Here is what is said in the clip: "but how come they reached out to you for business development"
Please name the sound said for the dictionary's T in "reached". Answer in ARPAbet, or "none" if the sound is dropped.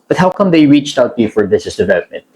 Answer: T